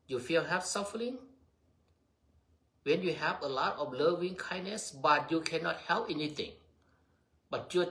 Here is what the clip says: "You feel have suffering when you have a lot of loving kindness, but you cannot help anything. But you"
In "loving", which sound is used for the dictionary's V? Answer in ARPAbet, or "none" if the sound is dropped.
V